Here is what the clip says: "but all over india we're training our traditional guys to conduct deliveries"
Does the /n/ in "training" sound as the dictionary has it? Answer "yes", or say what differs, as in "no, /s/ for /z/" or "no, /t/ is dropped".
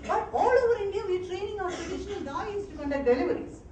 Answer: yes